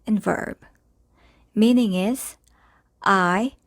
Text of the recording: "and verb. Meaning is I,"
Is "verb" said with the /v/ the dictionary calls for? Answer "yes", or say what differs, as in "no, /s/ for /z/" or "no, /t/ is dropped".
yes